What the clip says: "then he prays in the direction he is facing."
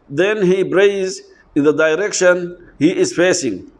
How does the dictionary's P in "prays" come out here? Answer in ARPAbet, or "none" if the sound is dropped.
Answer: B